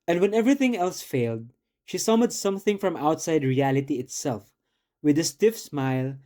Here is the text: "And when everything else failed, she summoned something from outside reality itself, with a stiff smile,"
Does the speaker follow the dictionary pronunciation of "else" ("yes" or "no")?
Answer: yes